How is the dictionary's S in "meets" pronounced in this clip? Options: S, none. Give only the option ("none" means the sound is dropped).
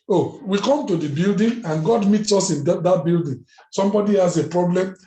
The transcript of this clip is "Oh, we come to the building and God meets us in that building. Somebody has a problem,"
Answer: S